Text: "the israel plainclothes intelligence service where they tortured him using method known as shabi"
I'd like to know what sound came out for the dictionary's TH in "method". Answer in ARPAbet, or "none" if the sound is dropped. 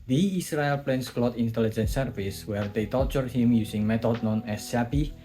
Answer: T